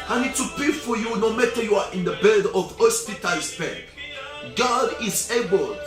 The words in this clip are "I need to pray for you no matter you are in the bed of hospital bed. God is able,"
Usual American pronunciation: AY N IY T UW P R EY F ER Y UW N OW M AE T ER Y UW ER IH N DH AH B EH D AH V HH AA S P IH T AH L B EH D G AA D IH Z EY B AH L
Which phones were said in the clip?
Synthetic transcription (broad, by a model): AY N IY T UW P EY F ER Y UW N OW M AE T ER Y UW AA IH N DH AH B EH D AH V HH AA S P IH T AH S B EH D G AA D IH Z EY B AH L